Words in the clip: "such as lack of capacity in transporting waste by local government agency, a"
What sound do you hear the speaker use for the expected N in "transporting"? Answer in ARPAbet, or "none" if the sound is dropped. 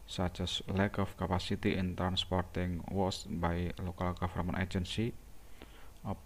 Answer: N